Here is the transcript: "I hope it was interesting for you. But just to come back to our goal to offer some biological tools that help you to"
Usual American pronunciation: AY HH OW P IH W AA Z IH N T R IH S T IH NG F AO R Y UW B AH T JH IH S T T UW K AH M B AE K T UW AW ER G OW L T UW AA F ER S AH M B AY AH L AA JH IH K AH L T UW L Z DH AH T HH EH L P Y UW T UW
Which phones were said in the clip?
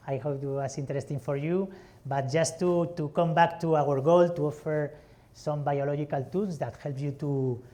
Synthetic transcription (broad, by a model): AY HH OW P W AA S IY N T R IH S T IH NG F AO R Y UW B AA T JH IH S T T UW K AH M B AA K T UW AW ER G OW L T UW AA F ER S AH M B AY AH L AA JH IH K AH L T UW L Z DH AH T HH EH L P Y UW T UW